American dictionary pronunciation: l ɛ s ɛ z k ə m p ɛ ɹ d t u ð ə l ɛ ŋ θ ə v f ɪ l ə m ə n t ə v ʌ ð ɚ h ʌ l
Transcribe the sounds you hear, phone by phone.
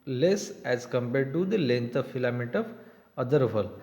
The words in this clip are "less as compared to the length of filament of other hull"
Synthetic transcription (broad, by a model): l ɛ s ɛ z k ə m p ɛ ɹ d t u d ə l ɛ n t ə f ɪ l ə m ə t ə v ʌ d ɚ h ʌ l